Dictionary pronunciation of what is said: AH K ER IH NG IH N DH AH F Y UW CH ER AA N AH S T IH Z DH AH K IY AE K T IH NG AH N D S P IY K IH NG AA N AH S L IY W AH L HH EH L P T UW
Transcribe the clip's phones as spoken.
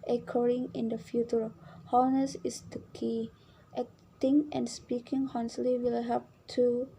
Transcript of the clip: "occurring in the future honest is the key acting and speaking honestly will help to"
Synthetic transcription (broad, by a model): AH K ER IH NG IH N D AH F Y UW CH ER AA N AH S IH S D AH K IY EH T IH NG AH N S P IY K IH NG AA N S L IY W AH L HH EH P T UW